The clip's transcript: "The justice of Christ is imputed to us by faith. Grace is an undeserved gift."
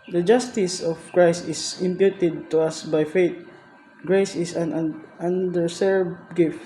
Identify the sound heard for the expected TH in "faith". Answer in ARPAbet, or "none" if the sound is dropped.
T